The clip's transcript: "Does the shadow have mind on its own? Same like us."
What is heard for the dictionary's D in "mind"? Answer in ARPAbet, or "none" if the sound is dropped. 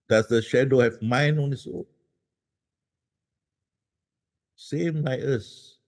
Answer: none